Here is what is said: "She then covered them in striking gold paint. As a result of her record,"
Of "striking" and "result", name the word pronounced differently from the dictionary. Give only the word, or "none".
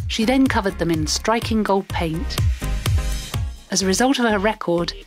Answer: none